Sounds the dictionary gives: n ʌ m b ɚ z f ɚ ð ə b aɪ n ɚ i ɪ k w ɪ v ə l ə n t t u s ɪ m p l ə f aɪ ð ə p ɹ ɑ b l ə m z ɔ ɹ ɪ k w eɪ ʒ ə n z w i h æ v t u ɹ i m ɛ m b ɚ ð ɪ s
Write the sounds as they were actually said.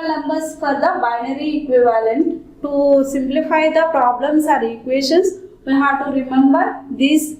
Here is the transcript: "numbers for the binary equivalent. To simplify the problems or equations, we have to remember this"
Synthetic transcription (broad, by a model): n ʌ m b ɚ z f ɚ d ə b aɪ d i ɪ k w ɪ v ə l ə n t t u s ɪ m p l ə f aɪ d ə p ɹ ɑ b l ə m s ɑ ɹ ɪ k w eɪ ʃ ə n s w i h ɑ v t u ɹ i m ɛ m b ɚ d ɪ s